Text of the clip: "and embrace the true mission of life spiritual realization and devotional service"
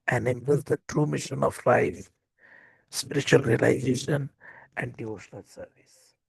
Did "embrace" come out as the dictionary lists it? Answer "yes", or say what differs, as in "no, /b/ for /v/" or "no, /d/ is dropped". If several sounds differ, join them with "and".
no, /ɹ/ is dropped